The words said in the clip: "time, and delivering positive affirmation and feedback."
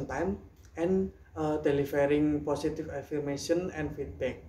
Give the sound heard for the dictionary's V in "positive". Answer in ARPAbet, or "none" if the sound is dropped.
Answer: F